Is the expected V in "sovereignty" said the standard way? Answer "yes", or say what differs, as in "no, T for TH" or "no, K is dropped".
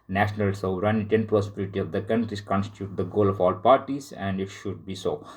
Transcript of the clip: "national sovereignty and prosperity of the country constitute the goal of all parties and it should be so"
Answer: no, V is dropped